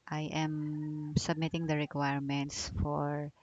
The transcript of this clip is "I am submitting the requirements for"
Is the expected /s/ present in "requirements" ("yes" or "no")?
yes